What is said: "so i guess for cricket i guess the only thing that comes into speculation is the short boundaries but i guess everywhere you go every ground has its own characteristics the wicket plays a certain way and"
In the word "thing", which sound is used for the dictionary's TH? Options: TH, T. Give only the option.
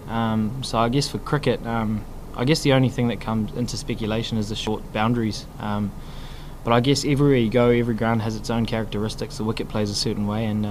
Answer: TH